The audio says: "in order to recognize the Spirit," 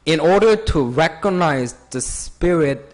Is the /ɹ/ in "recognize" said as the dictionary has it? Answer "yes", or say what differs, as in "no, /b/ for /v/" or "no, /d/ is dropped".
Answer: yes